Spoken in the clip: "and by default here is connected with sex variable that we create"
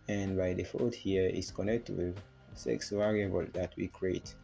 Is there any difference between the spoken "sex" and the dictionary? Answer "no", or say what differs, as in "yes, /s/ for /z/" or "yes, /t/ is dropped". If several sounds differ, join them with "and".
no